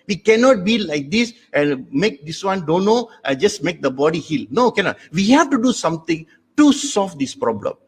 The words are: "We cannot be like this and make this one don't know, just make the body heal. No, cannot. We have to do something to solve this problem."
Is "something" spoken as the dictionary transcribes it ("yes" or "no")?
no